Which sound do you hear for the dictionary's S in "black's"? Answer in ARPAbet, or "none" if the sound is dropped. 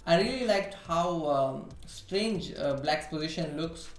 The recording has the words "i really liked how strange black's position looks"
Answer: none